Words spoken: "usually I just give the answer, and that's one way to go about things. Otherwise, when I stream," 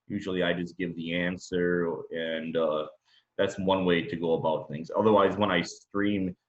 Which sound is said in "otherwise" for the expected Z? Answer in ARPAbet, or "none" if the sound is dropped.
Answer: Z